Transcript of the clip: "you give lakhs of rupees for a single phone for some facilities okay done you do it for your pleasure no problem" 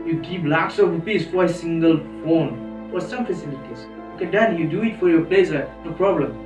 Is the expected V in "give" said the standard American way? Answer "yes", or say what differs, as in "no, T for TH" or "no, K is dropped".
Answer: no, P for V